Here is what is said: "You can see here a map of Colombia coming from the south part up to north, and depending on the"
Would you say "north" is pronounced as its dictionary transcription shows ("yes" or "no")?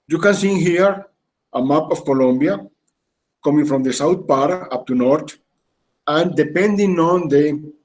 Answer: no